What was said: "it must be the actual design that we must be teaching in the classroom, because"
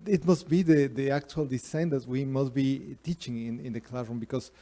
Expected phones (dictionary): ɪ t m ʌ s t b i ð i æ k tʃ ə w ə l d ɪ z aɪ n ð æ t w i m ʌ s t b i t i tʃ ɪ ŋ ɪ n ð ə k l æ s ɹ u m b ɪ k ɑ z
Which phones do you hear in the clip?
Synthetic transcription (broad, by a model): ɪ t m ʌ s t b i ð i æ k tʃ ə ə l d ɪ s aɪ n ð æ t w i m ʌ s t b i t i tʃ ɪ ŋ ɪ n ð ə k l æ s ɹ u m b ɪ k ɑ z